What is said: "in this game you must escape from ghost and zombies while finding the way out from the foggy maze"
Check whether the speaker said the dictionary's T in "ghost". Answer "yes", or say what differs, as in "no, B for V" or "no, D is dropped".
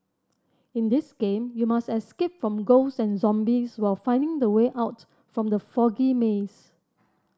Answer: no, T is dropped